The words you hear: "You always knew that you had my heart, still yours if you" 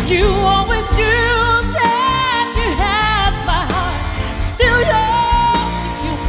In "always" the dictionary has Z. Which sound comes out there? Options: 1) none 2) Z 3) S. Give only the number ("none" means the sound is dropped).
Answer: 2